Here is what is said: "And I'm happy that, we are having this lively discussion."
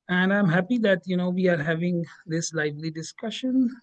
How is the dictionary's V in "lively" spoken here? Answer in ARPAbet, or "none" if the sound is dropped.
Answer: V